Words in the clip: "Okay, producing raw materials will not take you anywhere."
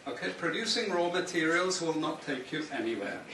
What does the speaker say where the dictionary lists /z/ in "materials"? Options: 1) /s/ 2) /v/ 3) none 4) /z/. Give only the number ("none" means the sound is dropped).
4